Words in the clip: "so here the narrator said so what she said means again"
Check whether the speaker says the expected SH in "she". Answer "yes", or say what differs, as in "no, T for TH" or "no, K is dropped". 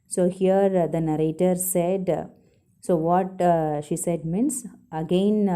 yes